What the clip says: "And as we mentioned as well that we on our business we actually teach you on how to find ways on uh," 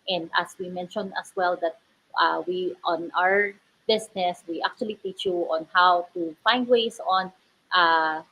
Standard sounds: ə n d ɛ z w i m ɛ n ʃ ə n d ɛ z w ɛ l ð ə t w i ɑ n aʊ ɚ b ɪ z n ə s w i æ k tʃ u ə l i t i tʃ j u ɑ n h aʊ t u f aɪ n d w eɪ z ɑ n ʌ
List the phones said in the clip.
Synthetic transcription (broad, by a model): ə n d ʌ s w i m ɛ n ʃ ə n d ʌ s w ɛ l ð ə t w i ɑ n aʊ ɚ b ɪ s n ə s w i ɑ k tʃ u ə l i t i tʃ j u ɑ n h aʊ t u f aɪ n d w eɪ s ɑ n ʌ